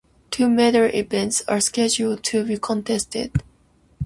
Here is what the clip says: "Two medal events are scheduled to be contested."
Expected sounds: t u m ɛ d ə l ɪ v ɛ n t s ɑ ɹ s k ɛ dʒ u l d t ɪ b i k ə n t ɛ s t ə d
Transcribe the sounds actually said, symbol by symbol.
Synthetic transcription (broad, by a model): t u m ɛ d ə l ɪ v ɛ n t s ɑ ɹ s k ɛ dʒ u l d t ɪ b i k ə n t ɛ s t ə d